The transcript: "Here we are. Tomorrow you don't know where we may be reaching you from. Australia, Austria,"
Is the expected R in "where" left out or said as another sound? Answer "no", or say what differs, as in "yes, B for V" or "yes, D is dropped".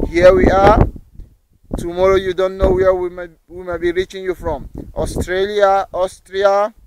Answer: yes, W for R